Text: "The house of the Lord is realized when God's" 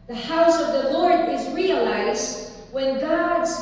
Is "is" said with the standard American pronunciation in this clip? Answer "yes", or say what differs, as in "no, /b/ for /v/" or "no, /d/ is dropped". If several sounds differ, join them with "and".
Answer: yes